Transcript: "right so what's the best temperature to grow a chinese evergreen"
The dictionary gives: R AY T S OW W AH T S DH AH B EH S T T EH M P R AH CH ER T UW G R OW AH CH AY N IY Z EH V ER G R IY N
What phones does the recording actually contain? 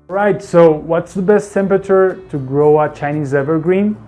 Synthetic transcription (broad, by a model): R AY T S OW W AH T S DH AH B EH S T T EH M P R AH CH ER T UW G R OW AH CH AY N IY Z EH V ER G R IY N